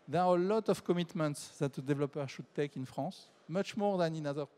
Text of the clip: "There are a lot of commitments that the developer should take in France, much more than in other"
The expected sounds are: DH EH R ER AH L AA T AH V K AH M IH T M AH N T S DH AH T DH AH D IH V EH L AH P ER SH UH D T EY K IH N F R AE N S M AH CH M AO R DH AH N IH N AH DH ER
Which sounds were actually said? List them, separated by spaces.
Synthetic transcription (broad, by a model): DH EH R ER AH L AA T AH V K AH M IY T M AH N T S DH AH T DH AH D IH V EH L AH P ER SH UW D T EY K IH N F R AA S M AH CH M AO R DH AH N IH N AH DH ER